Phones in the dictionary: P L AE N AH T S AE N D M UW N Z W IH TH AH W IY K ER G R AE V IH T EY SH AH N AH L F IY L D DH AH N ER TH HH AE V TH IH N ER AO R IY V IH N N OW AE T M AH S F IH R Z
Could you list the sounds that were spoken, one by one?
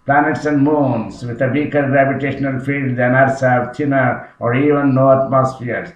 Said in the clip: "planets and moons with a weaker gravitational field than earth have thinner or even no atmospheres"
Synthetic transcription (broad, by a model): P L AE N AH T S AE N D M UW N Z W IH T AH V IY K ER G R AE P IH T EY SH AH N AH L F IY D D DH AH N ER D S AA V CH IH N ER AO R IY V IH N N OW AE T M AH S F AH R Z